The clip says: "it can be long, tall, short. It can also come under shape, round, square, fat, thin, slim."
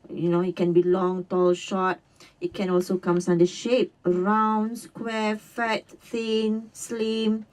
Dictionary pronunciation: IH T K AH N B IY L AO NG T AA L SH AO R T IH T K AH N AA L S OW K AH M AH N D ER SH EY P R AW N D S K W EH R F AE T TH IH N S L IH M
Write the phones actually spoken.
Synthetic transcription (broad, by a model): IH T K AH N B IY L AO NG T AA L SH AO T IH T K AH N AA L S OW K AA M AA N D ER SH EY P R AW N S K W EH F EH T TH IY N S L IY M